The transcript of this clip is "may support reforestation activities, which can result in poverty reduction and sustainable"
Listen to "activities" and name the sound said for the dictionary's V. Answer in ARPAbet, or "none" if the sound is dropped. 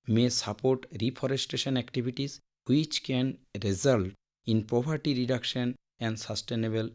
B